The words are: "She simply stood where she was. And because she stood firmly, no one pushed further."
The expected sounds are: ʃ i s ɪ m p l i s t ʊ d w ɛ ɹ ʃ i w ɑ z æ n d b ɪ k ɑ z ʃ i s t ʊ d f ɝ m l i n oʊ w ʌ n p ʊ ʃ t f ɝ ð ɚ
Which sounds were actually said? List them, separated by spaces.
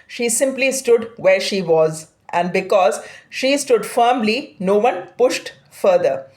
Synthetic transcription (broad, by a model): ʃ i s ɪ m p l i s t ʊ d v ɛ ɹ ʃ i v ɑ z æ n d b ɪ k ɑ z ʃ i s t ʊ d f ɝ m l i n oʊ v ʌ n p ʊ ʃ t f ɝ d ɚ